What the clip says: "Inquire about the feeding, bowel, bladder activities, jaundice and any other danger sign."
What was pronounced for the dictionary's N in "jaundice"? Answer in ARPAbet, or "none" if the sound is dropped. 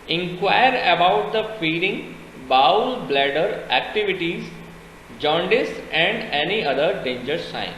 N